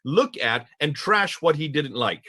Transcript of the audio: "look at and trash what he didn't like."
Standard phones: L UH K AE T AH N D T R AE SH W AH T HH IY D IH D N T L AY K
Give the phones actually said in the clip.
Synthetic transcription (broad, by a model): L UH K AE T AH N T R AE SH W AH T HH IY D IH D N T L AY K